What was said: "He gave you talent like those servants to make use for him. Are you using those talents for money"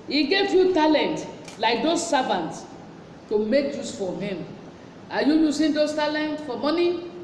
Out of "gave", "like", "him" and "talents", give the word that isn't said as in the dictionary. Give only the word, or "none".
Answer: talents